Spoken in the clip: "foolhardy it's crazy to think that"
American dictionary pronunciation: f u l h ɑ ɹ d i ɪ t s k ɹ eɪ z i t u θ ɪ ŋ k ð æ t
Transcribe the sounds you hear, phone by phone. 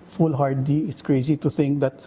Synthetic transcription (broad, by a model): f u l h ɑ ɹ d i ɪ t s k ɹ eɪ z i t u t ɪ ŋ k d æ t